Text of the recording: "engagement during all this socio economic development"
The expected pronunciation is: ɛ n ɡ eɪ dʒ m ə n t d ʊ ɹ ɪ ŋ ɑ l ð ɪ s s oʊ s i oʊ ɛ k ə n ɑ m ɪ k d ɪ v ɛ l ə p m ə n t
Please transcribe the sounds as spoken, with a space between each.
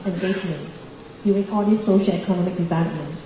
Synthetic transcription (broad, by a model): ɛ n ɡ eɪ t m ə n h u ɪ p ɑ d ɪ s s oʊ ʃ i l ɛ k ə n ɑ m ɪ k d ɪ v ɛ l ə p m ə n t